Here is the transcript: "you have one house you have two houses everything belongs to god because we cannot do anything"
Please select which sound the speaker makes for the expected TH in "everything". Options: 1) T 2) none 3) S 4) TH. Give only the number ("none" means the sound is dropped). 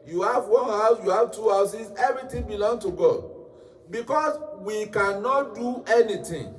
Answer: 1